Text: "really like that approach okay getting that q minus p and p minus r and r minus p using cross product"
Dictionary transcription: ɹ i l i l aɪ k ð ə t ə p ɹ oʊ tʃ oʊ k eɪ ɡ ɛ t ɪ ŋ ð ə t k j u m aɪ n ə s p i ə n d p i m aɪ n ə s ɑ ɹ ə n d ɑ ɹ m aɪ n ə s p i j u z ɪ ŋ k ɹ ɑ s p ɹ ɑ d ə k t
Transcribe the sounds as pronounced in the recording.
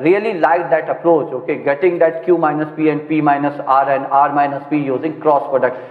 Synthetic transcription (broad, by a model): ɹ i l i l aɪ k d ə t ə p ɹ oʊ tʃ oʊ k eɪ ɡ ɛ t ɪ ŋ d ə t k j u m aɪ n ə s p i ə n d p i m aɪ n ə s ɑ ɹ ə n d ɑ ɹ m aɪ n ə s p i j u z ɪ ŋ k ɹ ɑ s p ɹ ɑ d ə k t